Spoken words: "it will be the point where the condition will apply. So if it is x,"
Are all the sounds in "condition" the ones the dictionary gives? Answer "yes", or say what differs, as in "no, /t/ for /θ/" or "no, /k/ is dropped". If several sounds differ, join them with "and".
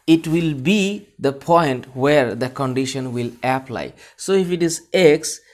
yes